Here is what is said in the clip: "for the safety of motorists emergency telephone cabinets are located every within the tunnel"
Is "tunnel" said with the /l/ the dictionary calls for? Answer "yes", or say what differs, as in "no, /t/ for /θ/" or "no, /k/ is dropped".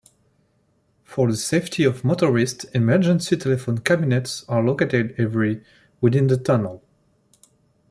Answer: yes